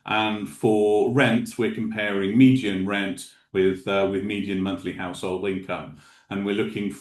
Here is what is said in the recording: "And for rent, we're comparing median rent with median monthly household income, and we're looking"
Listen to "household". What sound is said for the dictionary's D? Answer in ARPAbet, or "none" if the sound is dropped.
D